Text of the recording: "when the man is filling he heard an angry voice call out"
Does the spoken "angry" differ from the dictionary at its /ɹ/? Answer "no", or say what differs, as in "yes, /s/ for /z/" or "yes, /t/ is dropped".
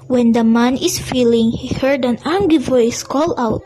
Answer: yes, /ɹ/ is dropped